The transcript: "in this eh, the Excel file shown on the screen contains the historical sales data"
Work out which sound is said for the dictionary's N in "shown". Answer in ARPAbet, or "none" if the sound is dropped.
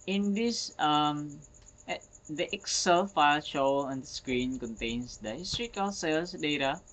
L